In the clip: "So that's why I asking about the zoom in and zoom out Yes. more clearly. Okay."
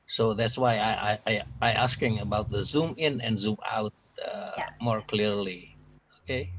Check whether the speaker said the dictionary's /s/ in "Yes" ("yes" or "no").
no